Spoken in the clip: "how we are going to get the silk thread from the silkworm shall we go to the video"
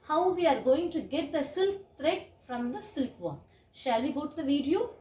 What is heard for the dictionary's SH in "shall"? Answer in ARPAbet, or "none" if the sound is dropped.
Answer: SH